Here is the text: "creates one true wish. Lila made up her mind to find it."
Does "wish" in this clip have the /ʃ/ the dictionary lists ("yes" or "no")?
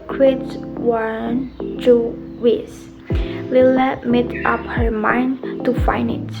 no